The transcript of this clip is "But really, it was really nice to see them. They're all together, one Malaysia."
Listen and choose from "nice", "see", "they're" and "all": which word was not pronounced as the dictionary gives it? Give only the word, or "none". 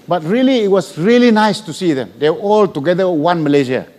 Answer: they're